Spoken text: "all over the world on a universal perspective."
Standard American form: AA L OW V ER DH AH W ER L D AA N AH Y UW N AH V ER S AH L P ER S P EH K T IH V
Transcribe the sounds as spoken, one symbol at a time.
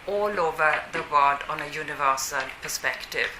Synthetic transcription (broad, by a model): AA L OW V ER DH AH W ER D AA N AH Y UW N AH V ER S AH L P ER S P EH K T IH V